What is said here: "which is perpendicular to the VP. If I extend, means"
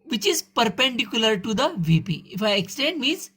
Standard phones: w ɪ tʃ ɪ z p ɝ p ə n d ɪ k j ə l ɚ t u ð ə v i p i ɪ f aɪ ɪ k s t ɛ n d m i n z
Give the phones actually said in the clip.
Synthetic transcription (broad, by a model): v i tʃ ɪ z p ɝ p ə n d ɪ k j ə l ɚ t u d ə v i p i ɪ f aɪ ɪ k s t ɛ n d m i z